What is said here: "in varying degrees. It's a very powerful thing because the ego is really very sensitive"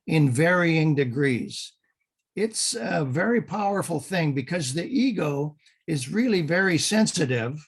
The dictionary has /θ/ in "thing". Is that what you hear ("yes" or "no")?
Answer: yes